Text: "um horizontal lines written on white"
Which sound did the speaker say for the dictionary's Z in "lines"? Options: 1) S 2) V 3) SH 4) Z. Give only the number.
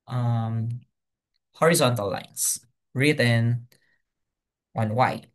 1